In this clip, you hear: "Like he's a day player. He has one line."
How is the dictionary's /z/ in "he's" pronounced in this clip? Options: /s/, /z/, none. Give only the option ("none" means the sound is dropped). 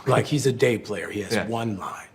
/z/